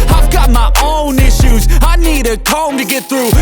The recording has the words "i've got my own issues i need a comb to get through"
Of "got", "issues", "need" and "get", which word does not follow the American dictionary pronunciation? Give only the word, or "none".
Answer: none